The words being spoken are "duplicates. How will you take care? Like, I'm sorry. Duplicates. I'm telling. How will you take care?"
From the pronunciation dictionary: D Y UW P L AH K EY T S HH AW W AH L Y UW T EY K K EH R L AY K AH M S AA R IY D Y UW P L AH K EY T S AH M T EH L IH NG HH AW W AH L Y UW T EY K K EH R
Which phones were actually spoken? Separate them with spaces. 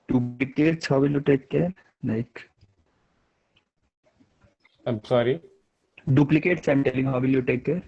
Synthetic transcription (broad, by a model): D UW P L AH K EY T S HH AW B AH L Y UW T EY K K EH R N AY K AH M S AA R IY D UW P L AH K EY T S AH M T EH L IH NG HH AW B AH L Y UW T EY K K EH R